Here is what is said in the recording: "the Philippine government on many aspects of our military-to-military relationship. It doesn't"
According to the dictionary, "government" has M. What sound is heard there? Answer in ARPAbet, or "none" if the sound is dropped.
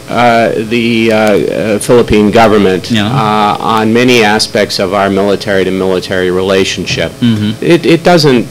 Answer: M